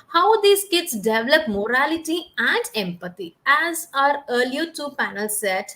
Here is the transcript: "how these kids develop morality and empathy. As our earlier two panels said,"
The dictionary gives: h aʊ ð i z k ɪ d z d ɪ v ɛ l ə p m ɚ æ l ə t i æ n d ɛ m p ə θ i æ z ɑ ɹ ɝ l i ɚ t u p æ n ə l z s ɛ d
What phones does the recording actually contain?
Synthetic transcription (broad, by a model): h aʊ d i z k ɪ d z d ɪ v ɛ l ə p m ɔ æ l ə t i æ n d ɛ m p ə t i æ z ɑ ɹ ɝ l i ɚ t u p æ n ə l s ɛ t